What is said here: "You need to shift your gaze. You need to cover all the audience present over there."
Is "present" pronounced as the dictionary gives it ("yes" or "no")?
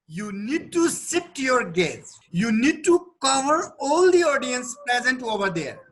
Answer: yes